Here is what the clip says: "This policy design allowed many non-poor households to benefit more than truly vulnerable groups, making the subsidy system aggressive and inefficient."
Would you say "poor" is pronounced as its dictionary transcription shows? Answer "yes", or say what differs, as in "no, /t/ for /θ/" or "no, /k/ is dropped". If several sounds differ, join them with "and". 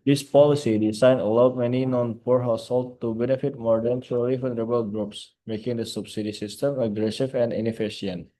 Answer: yes